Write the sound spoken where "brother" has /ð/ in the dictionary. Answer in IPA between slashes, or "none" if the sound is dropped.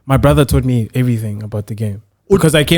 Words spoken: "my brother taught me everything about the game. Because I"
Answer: /ð/